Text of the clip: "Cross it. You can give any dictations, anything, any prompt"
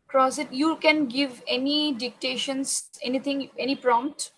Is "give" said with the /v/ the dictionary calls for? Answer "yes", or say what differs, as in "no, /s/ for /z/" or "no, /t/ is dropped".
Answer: yes